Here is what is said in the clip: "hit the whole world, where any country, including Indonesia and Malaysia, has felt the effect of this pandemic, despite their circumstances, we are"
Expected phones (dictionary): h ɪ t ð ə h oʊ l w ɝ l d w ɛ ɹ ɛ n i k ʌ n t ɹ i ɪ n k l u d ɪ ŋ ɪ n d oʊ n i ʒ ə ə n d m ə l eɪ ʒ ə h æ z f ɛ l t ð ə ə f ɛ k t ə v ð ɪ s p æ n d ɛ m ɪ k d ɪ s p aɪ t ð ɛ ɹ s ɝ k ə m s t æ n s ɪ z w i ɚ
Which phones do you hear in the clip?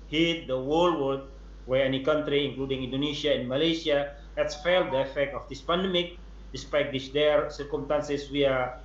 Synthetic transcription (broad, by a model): h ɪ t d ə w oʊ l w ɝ d w ɛ ɹ ɛ n i k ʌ n t ɹ i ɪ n k l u d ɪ ŋ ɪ n d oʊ n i s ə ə n m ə l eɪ s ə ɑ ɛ s f ɛ l t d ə ə f ɛ k t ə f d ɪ s p æ n d ɛ m ɪ k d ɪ s p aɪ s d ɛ ɹ s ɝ k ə m s t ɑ n s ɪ s w i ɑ